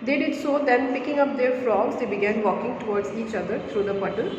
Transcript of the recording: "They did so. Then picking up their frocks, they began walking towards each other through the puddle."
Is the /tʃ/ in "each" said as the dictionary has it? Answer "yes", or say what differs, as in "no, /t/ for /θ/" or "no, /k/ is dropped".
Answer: yes